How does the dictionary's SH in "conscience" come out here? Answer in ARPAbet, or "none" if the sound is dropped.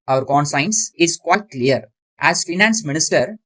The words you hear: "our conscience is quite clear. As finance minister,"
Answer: S